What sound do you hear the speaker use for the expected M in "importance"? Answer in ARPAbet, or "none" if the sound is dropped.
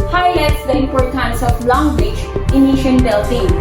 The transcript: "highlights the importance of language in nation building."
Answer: none